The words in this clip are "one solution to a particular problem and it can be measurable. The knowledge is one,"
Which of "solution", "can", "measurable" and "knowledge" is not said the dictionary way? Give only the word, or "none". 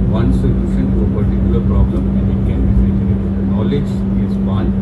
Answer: measurable